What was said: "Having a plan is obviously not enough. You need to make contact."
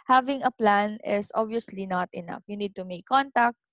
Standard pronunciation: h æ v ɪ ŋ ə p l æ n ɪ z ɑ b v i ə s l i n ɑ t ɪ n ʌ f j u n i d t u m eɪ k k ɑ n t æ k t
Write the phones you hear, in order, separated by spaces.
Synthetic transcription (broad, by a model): h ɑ v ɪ ŋ ə p l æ n ɪ s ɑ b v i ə s l i n ɑ t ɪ n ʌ f j u n i d t u m eɪ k k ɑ n t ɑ k t